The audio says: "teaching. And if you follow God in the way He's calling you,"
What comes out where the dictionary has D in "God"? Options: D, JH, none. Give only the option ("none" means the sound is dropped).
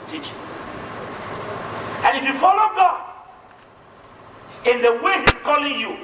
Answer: none